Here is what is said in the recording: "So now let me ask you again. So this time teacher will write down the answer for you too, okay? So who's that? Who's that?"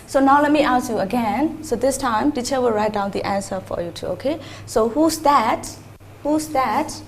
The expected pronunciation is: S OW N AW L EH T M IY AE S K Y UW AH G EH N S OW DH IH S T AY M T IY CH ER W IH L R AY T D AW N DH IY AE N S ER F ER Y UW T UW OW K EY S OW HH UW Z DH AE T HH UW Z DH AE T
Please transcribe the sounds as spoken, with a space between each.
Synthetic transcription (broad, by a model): S OW N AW L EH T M IY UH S Y UW AH G EH N S OW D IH S T AY M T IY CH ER W IH L R AY T D AW N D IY AE N S ER F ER Y UW T UW OW K EY S OW HH UW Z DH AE T HH UW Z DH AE T